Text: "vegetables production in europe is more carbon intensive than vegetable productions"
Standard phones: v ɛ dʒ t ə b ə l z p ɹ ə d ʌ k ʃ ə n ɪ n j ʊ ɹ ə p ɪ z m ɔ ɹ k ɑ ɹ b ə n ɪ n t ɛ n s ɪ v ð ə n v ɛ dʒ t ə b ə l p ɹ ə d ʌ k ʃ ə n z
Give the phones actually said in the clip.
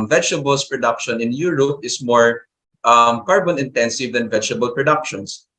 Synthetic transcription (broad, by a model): v ɛ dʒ t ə b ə l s p ɹ ə d ʌ k ʃ ə n ɪ n j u ɹ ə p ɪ s m ɔ ɹ k ɑ ɹ b ə n ɪ n t ɛ n s ɪ v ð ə n v ɛ dʒ t ə b ə l p ɹ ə d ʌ k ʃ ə n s